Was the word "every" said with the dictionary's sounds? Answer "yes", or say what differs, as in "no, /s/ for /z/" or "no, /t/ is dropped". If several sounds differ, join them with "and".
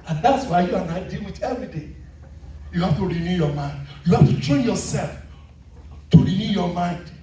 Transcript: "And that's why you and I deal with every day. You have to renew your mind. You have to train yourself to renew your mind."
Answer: yes